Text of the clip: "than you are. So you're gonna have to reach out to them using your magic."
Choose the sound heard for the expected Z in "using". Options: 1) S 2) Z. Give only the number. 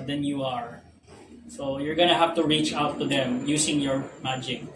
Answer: 1